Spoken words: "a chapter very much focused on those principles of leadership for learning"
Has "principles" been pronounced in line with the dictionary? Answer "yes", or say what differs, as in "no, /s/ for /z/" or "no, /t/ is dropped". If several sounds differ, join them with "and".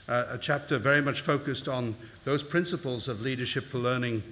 yes